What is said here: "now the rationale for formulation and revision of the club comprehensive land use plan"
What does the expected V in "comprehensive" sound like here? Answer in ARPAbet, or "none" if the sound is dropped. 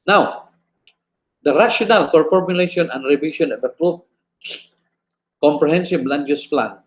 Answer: B